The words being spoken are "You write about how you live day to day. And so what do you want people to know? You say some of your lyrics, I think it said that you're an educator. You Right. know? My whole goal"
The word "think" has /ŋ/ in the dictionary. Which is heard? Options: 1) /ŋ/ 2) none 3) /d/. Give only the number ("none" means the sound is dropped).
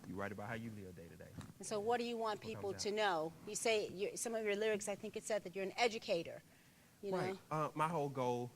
1